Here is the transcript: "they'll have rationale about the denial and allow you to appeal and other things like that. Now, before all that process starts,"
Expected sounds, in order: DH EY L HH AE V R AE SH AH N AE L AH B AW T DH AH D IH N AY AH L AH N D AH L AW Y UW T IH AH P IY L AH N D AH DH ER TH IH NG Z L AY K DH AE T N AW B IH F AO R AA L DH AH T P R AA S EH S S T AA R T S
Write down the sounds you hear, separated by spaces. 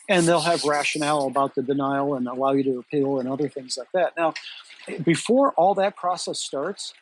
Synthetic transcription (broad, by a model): DH EY L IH V R AE SH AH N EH L AH B AW T DH AH D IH N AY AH L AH N AH L AW Y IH T IH AH P IY L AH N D AH DH ER TH IH NG Z L AY K DH AE T N AW B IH F AO R AA L DH AH T P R AA S EH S S T AA R T S